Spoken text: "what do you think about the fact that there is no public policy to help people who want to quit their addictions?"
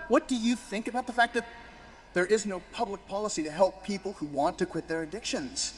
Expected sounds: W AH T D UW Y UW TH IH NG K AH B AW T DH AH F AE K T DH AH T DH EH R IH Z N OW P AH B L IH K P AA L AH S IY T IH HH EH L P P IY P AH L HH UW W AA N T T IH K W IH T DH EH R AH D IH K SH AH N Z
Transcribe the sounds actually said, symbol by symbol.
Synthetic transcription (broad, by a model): W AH T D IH Y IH TH IH NG K AH B AW T DH AH F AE K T DH AH T DH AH R IH Z N OW P AH B L IH K P AA L AH S IY T IH HH EH L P P IY P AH L HH UW W AA N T T IH K W IH T DH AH R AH D IH K SH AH N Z